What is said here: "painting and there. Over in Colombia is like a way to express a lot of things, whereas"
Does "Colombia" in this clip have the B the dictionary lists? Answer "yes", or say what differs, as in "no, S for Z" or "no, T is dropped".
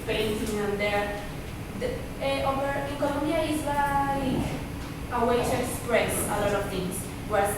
no, B is dropped